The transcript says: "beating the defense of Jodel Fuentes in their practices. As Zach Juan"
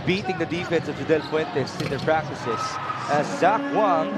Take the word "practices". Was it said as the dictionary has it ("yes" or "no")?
no